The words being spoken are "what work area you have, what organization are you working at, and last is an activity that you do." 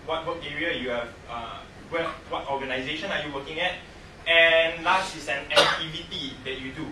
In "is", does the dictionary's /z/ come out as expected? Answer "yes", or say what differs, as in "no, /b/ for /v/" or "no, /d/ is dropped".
no, /s/ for /z/